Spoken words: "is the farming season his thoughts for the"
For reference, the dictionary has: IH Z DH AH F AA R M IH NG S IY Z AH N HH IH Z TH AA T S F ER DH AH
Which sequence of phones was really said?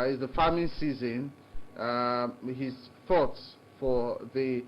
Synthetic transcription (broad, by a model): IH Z DH AH F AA M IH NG S IY Z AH N HH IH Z TH AA T S F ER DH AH